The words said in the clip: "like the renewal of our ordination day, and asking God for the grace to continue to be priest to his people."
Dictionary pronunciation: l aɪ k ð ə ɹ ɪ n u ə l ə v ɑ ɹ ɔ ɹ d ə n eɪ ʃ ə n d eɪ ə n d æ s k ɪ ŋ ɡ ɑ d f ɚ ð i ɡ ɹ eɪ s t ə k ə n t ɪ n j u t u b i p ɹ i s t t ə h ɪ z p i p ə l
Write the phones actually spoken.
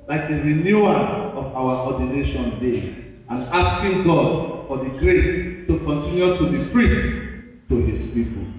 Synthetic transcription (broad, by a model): l aɪ k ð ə ɹ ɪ n u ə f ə w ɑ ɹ ɔ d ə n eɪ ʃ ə n d eɪ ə n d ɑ s k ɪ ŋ ɡ ɑ d f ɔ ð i ɡ ɹ eɪ s t ə k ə n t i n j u t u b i p ɹ i s t t ə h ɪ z p i p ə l